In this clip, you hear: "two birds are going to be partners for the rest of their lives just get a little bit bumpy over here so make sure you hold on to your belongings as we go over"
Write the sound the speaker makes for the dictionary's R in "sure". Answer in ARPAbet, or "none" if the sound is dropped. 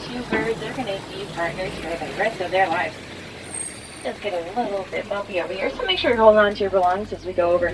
R